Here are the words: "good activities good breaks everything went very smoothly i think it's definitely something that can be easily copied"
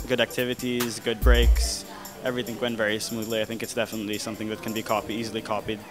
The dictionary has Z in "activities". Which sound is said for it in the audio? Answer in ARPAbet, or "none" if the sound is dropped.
Z